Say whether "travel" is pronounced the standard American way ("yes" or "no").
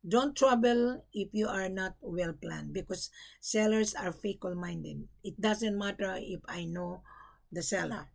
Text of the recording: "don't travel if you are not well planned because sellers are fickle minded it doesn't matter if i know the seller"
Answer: no